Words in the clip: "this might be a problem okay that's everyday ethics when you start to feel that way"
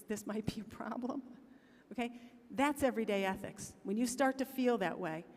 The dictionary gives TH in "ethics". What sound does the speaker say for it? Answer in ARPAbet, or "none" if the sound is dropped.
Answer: TH